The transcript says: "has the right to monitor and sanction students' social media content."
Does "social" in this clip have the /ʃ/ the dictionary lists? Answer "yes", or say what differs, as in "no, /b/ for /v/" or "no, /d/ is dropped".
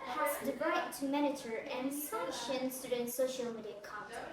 yes